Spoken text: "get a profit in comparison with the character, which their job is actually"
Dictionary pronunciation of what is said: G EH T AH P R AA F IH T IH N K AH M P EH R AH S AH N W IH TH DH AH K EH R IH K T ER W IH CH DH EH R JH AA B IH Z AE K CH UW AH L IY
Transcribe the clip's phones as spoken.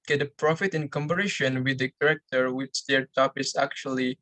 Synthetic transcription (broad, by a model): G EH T AH P R AA F IH T IH N K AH M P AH R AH SH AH N W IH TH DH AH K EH R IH K T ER W IH CH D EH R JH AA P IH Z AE K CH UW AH L IY